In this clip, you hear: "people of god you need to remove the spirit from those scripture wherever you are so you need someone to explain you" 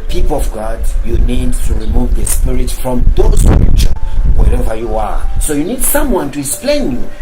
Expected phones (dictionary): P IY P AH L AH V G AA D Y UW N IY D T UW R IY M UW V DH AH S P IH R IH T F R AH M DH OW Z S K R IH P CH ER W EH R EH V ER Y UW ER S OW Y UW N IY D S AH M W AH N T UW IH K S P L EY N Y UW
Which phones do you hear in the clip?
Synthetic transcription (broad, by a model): P IY P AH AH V G AA D Y UW N IY D T UW R IY M UW V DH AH S P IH R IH T F R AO M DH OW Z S R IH CH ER W EH R EH V ER Y UW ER S OW Y UW N IY D S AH M W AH N T UW IH K S P L EY N Y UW